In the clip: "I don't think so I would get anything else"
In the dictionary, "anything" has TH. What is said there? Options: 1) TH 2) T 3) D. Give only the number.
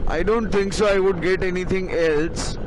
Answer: 2